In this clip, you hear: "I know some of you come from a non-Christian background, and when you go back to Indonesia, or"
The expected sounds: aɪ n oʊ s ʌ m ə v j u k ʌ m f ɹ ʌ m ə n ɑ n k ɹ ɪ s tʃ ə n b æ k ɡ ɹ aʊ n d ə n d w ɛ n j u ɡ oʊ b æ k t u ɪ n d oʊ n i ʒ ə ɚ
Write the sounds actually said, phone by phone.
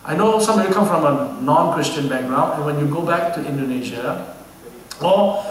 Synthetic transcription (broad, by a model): aɪ n oʊ s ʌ m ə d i k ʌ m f ɹ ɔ m ə n ɑ n k ɹ ɪ s tʃ ə n b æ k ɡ ɹ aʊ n ə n w ɛ n j u ɡ oʊ b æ k t u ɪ n d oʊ n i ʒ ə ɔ